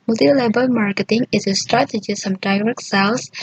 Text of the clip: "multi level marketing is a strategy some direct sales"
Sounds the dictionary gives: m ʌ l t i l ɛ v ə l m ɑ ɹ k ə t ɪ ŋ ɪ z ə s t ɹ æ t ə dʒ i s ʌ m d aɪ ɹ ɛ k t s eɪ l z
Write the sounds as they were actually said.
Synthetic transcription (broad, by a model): m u l t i l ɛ b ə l m ɑ ɹ k ə t ɪ ŋ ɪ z ə s t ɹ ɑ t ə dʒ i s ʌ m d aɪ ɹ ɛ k s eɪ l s